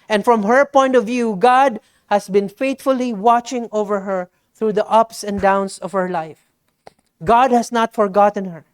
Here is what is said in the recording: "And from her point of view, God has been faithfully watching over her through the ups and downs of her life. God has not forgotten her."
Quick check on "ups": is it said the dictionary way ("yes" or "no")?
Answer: yes